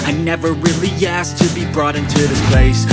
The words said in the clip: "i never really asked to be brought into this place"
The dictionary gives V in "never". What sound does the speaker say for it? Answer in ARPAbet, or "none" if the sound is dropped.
V